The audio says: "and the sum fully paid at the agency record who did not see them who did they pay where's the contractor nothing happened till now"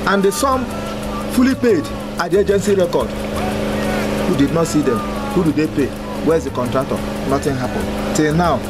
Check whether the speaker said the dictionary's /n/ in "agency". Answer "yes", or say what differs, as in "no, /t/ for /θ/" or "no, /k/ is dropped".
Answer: yes